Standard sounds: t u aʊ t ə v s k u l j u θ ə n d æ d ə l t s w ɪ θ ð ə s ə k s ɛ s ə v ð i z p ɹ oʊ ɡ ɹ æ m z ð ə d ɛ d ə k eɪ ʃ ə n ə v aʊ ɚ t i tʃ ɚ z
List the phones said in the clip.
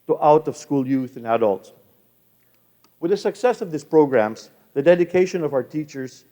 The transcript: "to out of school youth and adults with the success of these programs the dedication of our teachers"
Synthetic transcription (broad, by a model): t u aʊ t ə v s k u l j u θ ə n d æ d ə l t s w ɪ ð ə s ə k s ɛ s ə v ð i s p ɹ oʊ ɡ ɹ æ m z ð ə d ɛ d ə k eɪ ʃ ə n ə v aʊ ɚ t i tʃ ɚ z